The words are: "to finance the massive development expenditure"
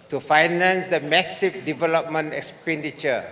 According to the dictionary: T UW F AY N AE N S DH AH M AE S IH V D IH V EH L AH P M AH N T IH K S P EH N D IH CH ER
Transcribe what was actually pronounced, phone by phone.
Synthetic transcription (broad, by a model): T UW F AY N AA N S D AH M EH S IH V D IH V EH L AH P M AH N T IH K S P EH N D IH CH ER